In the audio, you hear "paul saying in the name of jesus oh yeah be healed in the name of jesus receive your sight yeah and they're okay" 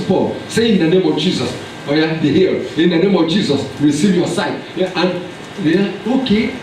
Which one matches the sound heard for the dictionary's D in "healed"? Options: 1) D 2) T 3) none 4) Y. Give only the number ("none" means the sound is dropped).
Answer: 3